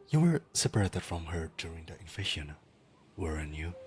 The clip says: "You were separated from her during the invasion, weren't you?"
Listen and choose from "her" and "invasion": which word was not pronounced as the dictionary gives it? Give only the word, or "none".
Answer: invasion